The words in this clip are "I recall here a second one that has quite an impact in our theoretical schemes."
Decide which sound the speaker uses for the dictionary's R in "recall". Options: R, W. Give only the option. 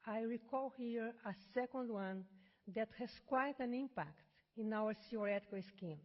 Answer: R